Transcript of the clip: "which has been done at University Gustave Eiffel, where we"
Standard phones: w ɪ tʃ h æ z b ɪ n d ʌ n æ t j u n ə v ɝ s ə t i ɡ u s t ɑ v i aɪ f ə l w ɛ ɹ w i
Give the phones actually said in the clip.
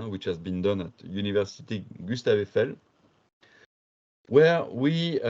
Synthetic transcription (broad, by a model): w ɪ tʃ h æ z b ɪ n d ʌ n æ t j u n ə v ɝ s ə t i ɡ u s t ɑ v i f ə l w ɛ ɹ w i